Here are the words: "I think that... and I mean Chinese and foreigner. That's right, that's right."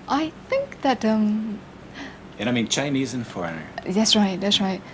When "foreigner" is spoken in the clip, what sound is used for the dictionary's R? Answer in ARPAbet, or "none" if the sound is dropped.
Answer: R